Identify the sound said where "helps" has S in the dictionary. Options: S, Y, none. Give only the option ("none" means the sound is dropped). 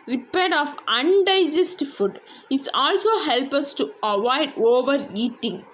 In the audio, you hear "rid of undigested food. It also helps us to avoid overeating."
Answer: none